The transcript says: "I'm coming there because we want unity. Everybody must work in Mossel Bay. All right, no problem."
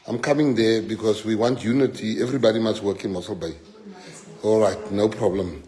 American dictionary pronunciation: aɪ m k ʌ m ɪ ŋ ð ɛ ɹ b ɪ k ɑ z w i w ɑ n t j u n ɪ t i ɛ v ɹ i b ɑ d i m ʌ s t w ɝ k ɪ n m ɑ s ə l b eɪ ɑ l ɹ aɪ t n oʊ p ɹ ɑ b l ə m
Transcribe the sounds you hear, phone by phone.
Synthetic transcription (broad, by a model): aɪ m k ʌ m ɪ ŋ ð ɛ b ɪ k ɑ s w i w ɑ n t j u n ɪ t i ɛ v ɹ i b ɑ d i m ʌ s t w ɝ k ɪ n m ɑ s ə l b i ɑ l ɹ aɪ t n oʊ p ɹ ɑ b l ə m